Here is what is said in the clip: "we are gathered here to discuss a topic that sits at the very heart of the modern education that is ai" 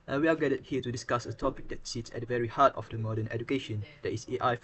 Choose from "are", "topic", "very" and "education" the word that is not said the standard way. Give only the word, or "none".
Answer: are